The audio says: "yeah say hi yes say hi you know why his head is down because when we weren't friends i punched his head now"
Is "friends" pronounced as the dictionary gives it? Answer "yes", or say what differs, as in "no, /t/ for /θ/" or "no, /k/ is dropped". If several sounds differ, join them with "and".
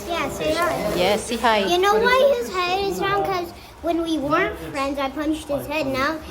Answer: yes